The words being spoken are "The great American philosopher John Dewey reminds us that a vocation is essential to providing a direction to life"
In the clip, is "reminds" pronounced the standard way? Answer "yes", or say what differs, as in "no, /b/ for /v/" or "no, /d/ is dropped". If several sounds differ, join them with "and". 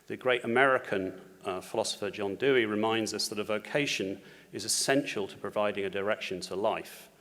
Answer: yes